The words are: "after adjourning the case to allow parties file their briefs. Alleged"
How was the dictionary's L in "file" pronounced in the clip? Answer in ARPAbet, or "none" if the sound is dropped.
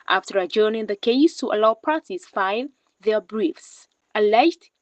N